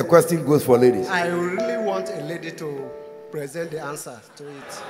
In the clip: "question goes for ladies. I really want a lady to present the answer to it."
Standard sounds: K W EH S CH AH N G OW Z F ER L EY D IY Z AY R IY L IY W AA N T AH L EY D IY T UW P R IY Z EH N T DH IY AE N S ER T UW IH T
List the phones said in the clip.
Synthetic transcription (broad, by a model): K W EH S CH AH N G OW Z F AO L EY D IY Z AY R IY L IY W AA N T AH L EY D IY T UW P R IY Z EH N T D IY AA N S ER T UW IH T